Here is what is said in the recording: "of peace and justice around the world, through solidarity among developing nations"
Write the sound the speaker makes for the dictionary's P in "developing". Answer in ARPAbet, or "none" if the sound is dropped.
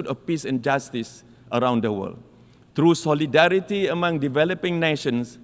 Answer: P